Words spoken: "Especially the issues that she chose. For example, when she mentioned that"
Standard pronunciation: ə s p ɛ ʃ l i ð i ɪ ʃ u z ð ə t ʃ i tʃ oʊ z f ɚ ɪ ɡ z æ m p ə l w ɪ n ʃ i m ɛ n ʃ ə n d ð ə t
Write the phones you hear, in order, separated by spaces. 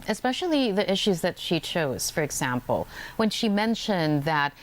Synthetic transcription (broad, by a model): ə s p ɛ ʃ l i ð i ɪ ʃ u z ð ə t ʃ i tʃ oʊ z f ɚ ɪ ɡ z æ m p l w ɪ n ʃ i m ɛ n ʃ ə n ð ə t